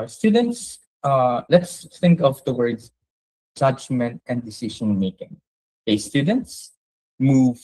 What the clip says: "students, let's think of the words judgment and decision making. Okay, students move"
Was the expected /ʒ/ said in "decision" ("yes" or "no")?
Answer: no